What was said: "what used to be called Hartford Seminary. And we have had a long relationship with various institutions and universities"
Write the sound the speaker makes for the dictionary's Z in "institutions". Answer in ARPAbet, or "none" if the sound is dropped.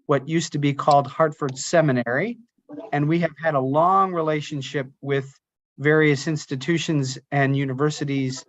Z